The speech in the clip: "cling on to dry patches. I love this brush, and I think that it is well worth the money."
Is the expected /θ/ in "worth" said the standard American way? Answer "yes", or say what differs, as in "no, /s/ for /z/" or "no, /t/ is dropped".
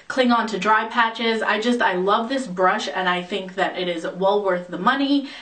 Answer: yes